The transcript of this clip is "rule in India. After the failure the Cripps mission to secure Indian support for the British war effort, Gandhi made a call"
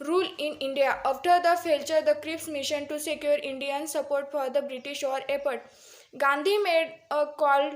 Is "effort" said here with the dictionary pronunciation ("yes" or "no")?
no